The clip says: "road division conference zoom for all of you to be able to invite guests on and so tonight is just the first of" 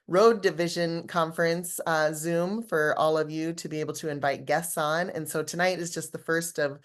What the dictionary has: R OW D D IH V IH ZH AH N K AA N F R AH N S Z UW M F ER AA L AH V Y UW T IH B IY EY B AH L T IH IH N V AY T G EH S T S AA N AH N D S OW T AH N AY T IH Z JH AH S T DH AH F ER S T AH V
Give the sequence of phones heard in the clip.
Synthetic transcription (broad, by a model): R OW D D IH V IH ZH AH N K AA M F R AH N S Z UW M F ER AA L AH V Y UW T IH B IY EY B L T IH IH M V AY T G EH S T S N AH N S OW T AH N AY T IH Z JH AH S T DH AH F ER S T AH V